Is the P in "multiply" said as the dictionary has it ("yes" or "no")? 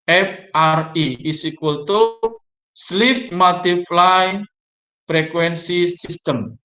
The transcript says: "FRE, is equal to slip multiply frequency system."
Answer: no